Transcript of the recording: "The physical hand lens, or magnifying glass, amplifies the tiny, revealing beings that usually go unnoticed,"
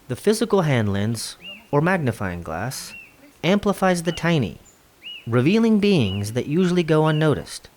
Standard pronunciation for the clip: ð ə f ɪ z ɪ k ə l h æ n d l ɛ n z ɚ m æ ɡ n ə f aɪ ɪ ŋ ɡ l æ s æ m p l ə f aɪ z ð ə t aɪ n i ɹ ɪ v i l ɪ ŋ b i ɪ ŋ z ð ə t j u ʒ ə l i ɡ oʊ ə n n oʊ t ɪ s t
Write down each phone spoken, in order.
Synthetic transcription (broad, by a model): ð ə f ɪ z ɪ k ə l h æ n d l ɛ n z ɚ m æ ɡ n ə f aɪ ɪ ŋ ɡ l æ s æ m p l ə f aɪ z ð ə t aɪ n i ɹ ɪ v i l ɪ ŋ b i ɪ ŋ z ð ə t j u ʒ l i ɡ oʊ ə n n oʊ t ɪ s t